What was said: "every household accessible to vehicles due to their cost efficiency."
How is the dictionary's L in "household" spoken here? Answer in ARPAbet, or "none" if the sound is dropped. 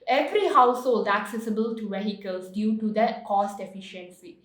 L